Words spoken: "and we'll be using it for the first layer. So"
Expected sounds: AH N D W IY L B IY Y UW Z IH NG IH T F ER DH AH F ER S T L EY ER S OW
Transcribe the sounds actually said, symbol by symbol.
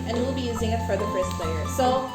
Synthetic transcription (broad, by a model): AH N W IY L B IY Y UW Z IH NG IH T F ER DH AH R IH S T L EY ER S OW